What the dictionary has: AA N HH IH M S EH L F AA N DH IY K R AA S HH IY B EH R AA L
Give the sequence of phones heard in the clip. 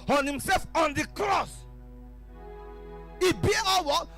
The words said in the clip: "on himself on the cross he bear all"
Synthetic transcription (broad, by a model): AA N HH IH M S EH L F AA N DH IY K R AA S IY B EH W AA